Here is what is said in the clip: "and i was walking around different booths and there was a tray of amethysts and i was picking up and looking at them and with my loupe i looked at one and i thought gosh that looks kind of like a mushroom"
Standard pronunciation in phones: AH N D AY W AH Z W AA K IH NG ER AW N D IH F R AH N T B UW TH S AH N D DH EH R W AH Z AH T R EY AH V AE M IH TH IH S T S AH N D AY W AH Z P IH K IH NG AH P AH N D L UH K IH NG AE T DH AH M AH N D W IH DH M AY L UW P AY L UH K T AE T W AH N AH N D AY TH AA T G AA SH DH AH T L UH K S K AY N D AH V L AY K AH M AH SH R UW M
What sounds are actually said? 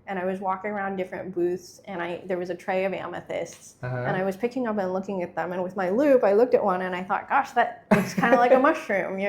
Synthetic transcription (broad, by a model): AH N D AY W AH Z W AA K IH NG ER AW N D IH F R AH N B UW TH S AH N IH DH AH R W AH Z AH T R EY AH V AE M IH TH IH S T S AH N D AY W AH Z P IH K IH NG AH P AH N L UH K IH NG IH T DH AH M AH N W IH DH M AY L UW P AY L UH K T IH T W AH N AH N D AY TH AA T G AA SH DH AH T W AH S K AY N D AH L AY K AH M AH SH R UW M